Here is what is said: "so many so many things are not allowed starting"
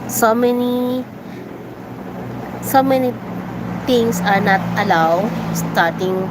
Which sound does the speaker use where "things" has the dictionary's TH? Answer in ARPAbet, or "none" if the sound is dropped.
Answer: T